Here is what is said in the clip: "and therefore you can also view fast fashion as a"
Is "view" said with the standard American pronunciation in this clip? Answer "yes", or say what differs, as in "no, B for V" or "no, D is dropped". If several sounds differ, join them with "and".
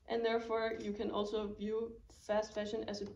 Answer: yes